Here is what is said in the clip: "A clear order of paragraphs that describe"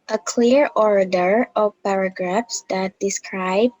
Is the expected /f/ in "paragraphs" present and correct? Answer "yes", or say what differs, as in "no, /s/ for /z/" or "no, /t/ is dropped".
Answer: yes